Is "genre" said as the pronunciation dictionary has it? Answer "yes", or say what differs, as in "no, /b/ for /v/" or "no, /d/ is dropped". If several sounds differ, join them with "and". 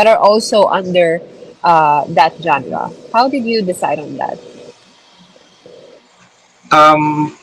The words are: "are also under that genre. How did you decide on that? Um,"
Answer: no, /w/ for /ɹ/